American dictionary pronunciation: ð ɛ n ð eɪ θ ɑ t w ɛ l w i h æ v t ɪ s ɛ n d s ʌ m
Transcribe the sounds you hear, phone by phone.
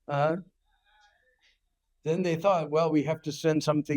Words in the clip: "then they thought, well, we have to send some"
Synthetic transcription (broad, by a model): ð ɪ n ð eɪ θ ɑ t w ɛ l w i h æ f t ɪ s ɛ n d s ʌ m